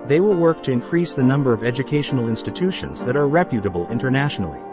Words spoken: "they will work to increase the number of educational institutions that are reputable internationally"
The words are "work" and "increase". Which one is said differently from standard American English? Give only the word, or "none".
none